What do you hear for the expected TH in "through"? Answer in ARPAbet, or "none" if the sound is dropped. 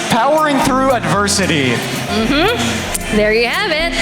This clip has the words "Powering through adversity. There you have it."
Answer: TH